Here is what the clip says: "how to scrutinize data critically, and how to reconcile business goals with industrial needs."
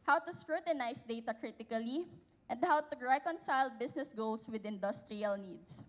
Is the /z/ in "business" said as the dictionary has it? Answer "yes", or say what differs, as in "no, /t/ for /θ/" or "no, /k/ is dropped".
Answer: no, /s/ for /z/